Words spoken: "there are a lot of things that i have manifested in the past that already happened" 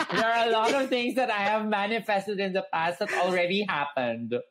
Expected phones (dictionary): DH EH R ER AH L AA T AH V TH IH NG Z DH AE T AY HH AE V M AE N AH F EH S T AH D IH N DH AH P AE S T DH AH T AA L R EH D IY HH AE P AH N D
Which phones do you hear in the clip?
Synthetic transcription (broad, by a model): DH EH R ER AH L AA T AH V T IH NG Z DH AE T AY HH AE V M AE N AH F EH S T AH D IH N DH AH P AE S T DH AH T AA L R EH D IY HH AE P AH N D